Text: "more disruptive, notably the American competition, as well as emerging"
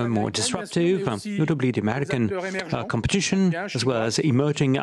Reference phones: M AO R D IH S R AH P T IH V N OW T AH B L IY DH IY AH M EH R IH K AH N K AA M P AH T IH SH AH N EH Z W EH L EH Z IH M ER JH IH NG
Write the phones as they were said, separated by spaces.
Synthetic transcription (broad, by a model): M AO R D IH S R AH P T IH V N OW T AH B L IY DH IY AH M EH R IH K AH N K AA M P AH T IH SH AH N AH Z W EH L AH Z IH M ER JH IH NG